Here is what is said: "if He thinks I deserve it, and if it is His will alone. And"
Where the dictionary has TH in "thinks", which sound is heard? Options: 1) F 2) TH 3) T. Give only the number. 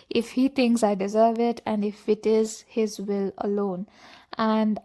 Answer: 3